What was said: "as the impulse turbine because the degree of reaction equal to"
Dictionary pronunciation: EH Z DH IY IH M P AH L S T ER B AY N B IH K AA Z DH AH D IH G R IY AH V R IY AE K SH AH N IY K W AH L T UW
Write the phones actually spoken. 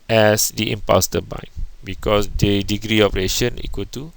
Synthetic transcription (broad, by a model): EH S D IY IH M P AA S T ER B AY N B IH K AA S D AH D IH G R IY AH P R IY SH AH N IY K W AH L T UW